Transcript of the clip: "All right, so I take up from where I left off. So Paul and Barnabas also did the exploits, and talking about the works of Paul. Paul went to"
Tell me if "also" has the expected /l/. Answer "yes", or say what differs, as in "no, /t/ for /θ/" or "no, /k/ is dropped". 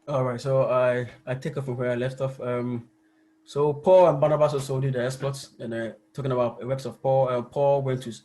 no, /l/ is dropped